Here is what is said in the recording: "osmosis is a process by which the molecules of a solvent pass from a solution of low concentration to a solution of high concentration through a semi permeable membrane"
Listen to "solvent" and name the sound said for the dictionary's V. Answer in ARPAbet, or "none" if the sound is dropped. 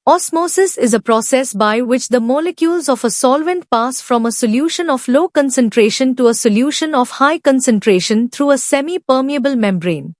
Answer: V